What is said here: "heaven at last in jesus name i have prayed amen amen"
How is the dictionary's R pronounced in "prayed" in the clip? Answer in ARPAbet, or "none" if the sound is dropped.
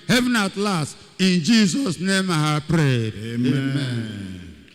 R